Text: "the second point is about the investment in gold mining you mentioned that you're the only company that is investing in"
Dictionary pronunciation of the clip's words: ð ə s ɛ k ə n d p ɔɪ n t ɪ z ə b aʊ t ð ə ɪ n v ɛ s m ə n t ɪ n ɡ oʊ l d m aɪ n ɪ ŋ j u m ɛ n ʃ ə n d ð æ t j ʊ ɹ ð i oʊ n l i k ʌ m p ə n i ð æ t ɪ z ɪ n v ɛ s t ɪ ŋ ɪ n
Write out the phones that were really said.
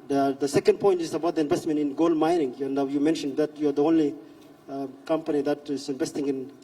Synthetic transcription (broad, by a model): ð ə s ɛ k ə n d p ɔɪ n t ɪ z ə b aʊ t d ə ɪ n v ɛ s m ə n t ɪ n ɡ oʊ l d m aɪ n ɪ ŋ j u m ɛ n ʃ ə n d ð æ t j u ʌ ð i oʊ n l i k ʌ m p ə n i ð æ t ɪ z ɪ n v ɛ s t ɪ ŋ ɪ n